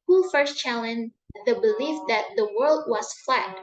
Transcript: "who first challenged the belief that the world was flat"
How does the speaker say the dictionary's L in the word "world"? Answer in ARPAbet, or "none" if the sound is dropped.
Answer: L